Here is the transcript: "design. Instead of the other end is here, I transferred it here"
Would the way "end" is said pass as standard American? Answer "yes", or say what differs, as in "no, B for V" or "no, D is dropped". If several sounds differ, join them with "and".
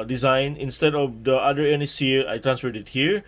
no, D is dropped